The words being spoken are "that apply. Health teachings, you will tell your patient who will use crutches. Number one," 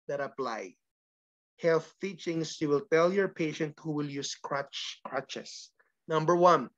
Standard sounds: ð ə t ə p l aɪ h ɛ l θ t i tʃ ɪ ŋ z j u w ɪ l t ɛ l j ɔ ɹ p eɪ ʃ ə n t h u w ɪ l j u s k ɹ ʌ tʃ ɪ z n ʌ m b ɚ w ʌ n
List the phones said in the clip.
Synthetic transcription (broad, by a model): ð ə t ə p l aɪ h ɛ l θ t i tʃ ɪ ŋ s j u w ɪ l t ɛ l j ɔ ɹ p eɪ ʃ ə n t h u w ɪ l j u s k ɹ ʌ tʃ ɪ s n ʌ m b ɚ w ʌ n